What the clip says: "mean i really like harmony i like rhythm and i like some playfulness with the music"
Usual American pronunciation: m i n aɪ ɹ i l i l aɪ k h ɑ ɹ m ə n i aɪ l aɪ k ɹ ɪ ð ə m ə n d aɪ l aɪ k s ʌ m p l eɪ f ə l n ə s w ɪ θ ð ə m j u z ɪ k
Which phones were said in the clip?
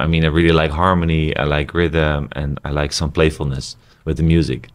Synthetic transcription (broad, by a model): m i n aɪ ɹ i l i l aɪ k h ɑ ɹ m ə n i aɪ l aɪ k ɹ ɪ ð ə m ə n aɪ l aɪ k s ʌ m p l eɪ f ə l n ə s w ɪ ð ə m j u z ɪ k